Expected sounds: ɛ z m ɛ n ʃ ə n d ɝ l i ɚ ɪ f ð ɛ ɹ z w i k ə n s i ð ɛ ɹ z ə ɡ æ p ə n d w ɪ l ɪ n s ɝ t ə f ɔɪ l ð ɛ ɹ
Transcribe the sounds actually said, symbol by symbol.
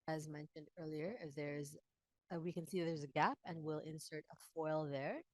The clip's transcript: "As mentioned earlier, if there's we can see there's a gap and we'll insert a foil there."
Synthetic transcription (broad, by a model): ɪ z m ɛ n ʃ ə n d ɝ l i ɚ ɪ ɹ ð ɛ ɹ z w i k ə n s i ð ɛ ɹ z ə ɡ æ p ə n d w ɪ l ɪ n s ɝ t ə f ɔɪ l ð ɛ ɹ